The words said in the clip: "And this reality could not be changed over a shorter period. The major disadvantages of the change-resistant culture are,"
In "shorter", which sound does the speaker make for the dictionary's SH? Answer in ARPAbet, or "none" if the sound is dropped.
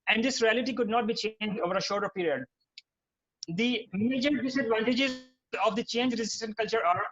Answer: SH